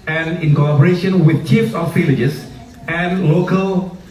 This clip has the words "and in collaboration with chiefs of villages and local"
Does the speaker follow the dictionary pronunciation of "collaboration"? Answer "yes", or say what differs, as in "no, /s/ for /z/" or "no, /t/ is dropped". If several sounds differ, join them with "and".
no, /l/ is dropped